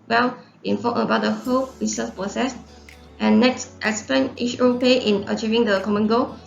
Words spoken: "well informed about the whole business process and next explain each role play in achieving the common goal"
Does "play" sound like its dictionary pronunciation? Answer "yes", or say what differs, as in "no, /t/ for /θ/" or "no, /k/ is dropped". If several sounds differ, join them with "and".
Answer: no, /l/ is dropped